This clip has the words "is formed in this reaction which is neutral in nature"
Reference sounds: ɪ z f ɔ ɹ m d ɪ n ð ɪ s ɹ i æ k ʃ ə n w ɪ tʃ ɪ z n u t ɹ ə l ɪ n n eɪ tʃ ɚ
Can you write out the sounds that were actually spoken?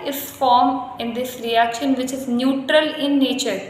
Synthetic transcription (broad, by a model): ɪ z f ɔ ɹ m ɪ n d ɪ s ɹ i æ k ʃ ə n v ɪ tʃ ɪ z n u t ɹ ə l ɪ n n eɪ tʃ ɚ